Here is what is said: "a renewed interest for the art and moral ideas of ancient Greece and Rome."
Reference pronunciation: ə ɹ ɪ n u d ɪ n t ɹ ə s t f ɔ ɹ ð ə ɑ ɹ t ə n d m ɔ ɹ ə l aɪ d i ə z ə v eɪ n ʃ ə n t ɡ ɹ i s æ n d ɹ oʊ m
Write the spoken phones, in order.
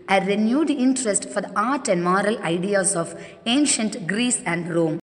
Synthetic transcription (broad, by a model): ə ɹ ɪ n u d ɪ n t ɹ ə s t f ɔ ɹ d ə ɑ ɹ t ə n d m ɔ ɹ ə l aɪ d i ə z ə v eɪ n ʃ ə n t ɡ ɹ i s æ n d ɹ oʊ m